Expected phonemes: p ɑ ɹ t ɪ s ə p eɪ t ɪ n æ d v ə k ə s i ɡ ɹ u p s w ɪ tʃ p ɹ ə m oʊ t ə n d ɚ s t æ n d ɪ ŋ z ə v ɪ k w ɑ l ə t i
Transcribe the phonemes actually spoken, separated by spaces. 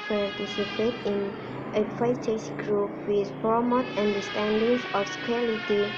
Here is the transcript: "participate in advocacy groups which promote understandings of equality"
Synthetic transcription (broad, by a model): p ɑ ɹ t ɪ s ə p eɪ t ɪ n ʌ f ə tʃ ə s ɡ ɹ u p w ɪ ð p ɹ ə m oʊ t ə n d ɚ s t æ n d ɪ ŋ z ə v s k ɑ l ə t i